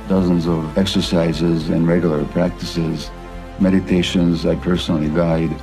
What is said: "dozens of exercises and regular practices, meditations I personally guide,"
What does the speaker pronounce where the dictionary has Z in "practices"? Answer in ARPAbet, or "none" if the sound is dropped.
Z